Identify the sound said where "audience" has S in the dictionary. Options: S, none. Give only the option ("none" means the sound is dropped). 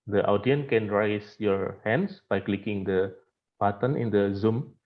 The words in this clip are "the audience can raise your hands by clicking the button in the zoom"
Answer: none